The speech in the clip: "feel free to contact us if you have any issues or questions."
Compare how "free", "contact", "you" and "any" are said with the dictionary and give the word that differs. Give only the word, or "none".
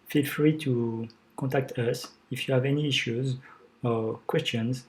contact